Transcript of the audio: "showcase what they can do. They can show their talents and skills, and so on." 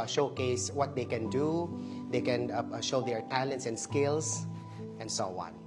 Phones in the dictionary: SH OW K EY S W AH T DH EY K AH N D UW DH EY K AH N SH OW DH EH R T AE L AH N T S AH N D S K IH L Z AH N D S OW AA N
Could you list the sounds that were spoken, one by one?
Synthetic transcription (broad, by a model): SH OW K EY S W AH T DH EY K AH N D UW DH EY K AH N SH OW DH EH R T AE L AH N T S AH N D S K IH L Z AH N D S OW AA N